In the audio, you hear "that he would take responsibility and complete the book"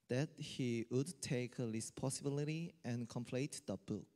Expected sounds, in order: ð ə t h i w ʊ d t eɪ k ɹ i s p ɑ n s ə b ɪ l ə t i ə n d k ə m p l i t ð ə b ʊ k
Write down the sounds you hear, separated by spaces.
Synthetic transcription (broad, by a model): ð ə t h i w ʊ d t eɪ k l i s p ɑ s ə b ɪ l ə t i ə n k ə m p l i t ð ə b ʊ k